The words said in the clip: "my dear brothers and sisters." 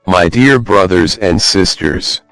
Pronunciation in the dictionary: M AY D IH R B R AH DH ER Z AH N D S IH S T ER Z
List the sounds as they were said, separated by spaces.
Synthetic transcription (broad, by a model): M AY D IH R B R AH DH ER Z AH N D S IH S T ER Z